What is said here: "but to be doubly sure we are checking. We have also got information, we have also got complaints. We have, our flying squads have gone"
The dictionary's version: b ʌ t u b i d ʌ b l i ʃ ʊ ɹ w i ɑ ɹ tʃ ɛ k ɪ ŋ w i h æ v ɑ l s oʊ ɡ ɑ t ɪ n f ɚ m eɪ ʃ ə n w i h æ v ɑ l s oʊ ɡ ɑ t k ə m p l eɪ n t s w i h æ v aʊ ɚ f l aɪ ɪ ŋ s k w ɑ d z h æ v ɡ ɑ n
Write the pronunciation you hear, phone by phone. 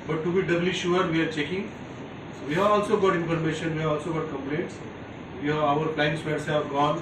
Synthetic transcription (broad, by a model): b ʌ t u b i d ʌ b l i ʃ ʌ ɹ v i ɑ ɹ tʃ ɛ k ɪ ŋ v i h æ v ɑ l s oʊ ɡ ɑ t ɪ n f ɚ m eɪ ʃ ə n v i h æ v ɑ l s oʊ ɡ ɑ t k ə m p l eɪ n t s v i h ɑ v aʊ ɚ p l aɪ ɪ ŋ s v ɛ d s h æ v ɡ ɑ n